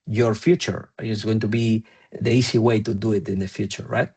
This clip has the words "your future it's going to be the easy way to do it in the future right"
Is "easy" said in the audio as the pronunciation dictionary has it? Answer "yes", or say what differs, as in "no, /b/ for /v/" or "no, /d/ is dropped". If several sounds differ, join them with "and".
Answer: no, /s/ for /z/